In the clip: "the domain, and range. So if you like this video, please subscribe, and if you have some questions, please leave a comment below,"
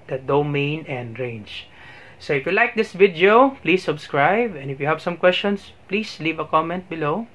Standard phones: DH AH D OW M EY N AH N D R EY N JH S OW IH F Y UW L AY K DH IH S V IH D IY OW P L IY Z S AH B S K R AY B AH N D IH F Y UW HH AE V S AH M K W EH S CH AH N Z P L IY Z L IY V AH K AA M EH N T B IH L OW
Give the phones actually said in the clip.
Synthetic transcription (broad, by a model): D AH D OW M EY N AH N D R EY N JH S OW IH F Y UW L AY K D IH S V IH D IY OW P L IY S AH B S K R AY B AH N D IH F Y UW HH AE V S AH M K W EH S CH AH N S P L IY S L IY V AH K AA M EH N T B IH L OW